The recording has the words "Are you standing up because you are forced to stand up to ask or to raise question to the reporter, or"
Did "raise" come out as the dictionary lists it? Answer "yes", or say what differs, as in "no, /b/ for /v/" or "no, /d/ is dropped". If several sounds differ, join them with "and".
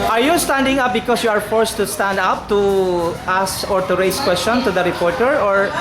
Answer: no, /s/ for /z/